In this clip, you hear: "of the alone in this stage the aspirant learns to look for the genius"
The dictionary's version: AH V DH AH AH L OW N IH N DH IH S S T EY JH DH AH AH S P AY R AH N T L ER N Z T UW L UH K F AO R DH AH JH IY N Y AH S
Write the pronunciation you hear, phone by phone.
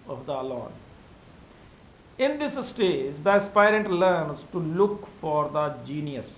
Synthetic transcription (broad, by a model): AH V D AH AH L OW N IH N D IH S S T EY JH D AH AH S P AY R AH N T L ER N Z T UW L UH K F AO R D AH JH IY N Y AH S